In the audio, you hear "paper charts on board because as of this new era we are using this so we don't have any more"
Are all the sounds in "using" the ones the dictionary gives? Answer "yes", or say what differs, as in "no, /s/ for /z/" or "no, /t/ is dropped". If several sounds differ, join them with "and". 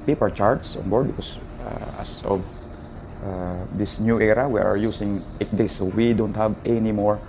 no, /s/ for /z/